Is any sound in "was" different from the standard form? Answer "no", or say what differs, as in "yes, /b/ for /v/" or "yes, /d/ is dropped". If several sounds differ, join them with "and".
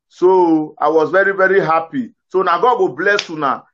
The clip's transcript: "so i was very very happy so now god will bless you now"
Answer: no